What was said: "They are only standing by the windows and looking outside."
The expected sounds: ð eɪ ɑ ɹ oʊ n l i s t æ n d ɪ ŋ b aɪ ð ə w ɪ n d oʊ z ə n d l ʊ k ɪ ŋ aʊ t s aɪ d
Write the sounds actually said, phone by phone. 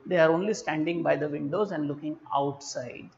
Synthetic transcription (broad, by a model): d eɪ ɑ ɹ oʊ n l i s t æ n d ɪ ŋ b aɪ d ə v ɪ n d oʊ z ə n d l ʊ k ɪ ŋ aʊ t s aɪ d